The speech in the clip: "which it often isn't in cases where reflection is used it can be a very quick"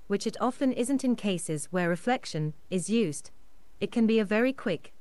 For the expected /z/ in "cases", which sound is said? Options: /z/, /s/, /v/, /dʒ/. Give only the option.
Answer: /z/